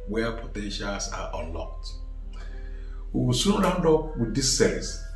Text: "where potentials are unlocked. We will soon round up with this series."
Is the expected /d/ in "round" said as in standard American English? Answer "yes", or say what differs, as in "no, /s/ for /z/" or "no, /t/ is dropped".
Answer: yes